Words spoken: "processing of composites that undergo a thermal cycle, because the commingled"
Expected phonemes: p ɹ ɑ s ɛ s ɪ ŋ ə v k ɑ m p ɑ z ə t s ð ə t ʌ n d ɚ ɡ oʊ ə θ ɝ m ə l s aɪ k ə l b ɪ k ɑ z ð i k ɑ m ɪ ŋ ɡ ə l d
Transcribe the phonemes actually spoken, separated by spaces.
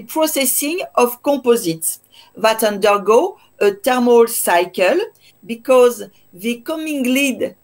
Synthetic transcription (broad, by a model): p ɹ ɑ s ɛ s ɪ ŋ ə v k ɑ p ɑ z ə t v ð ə t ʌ n d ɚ ɡ oʊ ə t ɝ m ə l s aɪ k ə l b ɪ k ɑ z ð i k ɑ m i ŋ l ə d